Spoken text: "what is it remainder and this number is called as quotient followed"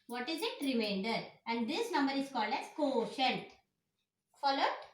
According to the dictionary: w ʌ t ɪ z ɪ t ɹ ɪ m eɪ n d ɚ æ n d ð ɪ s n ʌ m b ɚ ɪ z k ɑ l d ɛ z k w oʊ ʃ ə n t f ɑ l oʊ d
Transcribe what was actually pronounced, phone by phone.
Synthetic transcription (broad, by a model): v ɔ t ɪ z ɪ t ɹ ɪ m eɪ n d ɚ æ n d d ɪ s n ʌ m b ɚ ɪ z k ɑ l d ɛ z k oʊ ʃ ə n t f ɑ l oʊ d